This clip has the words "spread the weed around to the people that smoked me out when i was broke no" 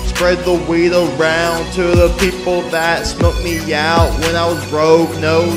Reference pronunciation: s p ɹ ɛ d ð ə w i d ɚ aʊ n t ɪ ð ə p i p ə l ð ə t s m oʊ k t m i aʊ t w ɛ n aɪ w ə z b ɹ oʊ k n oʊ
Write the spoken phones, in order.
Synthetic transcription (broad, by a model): s p ɹ ɛ d ð ə w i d ɚ aʊ n t ɪ ð ə p i p l ð ə t s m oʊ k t m i aʊ t w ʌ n aɪ w ə z ɹ oʊ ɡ n oʊ